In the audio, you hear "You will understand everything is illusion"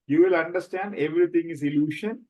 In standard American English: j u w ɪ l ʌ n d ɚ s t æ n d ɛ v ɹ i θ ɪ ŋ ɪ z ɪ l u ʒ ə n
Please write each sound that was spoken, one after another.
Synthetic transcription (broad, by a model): j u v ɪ l ʌ n d ɚ s t æ n d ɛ v ɹ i t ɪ ŋ ɪ z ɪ l u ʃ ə n